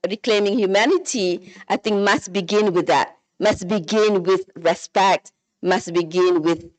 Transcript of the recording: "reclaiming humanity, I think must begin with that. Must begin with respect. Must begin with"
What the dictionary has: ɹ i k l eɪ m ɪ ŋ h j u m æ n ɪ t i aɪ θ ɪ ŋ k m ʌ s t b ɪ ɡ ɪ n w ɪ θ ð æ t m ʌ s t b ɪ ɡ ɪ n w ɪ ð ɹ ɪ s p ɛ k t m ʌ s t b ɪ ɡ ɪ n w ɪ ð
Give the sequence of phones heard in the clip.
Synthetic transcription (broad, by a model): ɹ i k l eɪ m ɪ ŋ h j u m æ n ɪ t i aɪ θ ɪ ŋ k m ʌ s t b ɪ ɡ ɪ n w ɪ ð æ t m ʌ s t b ɪ ɡ ɪ n w ɪ ð ɹ ɪ s p ɛ k t m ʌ s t b ɪ ɡ ɪ n w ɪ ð